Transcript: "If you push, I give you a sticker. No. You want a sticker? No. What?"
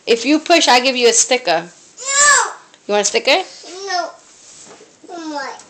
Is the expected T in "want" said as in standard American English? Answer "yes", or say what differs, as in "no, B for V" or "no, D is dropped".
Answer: no, T is dropped